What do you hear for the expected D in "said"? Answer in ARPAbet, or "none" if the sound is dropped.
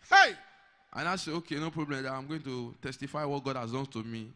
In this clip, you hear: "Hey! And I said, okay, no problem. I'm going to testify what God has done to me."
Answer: none